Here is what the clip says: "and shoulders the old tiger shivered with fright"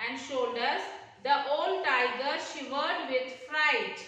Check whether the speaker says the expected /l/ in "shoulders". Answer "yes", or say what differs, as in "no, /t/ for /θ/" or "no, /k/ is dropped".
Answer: no, /l/ is dropped